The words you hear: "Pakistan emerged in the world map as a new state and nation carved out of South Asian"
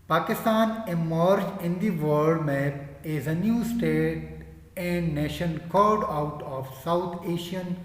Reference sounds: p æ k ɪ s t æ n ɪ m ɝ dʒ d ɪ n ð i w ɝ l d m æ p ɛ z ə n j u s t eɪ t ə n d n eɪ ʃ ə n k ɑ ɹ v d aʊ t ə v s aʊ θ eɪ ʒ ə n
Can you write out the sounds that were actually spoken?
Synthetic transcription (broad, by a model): p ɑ k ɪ s t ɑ n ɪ m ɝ dʒ ɪ n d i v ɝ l d m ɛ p ɛ z ə n j u s t eɪ t ə n d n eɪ ʃ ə n k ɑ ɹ d aʊ t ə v s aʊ t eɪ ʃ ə n